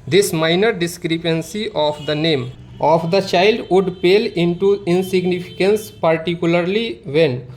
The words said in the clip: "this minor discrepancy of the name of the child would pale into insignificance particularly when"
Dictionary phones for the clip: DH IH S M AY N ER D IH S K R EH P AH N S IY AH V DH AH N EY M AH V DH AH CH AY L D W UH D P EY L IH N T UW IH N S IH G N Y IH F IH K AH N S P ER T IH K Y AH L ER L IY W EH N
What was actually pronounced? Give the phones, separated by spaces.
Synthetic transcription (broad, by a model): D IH S M AY N ER D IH S K R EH P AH N S IY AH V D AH N EY M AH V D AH CH AY L D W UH D P EY L IH N T UW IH N S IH G N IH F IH K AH N S P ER T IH K Y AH L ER L IY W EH N